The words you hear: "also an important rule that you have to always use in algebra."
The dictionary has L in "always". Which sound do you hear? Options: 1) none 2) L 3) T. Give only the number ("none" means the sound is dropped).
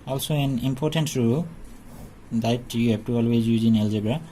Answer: 2